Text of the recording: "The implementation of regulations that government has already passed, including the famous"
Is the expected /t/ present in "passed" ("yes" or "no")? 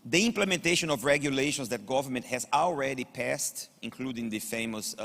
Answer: yes